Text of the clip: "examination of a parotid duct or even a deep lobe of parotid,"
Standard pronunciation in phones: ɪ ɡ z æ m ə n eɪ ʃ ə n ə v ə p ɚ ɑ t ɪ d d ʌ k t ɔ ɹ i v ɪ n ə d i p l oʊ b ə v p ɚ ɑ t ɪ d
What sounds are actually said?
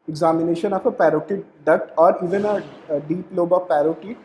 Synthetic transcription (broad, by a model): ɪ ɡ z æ m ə n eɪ ʃ ə n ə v ə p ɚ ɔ t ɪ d d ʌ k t ɔ ɹ i v ɪ n ə d i p l oʊ b ə v p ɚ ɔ t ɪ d